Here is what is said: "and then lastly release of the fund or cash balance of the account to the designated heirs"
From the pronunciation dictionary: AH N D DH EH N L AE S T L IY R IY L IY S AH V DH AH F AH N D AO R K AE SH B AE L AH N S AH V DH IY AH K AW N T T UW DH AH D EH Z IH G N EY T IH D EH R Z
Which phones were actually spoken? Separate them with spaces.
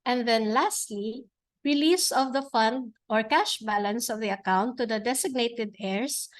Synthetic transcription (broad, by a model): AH N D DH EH N L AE S T L IY R IY L IY S AH V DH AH F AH N D AO R K AE SH B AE L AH N S AH V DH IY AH K AW N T T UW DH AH D EH S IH G N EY T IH D EH R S